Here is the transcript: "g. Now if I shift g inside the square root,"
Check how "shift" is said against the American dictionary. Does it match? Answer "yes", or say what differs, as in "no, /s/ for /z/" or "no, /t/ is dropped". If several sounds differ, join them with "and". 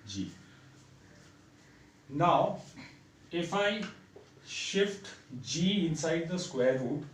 yes